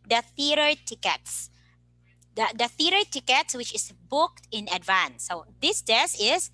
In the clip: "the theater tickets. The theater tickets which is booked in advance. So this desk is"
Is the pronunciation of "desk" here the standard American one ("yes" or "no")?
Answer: no